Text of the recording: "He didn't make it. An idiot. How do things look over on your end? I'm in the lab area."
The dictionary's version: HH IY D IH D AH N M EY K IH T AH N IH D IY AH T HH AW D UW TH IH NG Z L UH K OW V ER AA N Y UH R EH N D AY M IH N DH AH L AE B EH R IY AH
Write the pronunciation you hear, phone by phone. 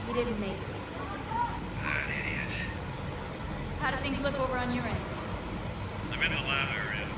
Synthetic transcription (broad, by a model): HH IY D IH D N M EY K IH T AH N IH D IY AH T HH AW D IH TH IH NG Z L UH K OW V ER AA N Y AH R EH N D AY M IH N DH AH L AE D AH R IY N